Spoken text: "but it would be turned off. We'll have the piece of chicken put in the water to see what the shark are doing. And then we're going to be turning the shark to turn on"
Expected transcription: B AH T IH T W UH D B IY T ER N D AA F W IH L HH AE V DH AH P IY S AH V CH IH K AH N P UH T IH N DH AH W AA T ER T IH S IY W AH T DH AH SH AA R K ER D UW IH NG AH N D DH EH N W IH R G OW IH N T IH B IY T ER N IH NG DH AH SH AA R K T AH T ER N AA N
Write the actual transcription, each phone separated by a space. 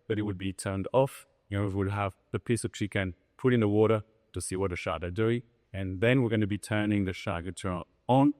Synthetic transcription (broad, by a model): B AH T IH T W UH D B IY T ER N D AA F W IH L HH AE V DH AH P IY S AH V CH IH K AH N P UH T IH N DH AH W AA T ER T IH S IY W AH T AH SH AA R ER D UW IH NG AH N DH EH N W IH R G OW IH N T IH B IY T ER N IH NG DH AH SH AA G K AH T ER AA N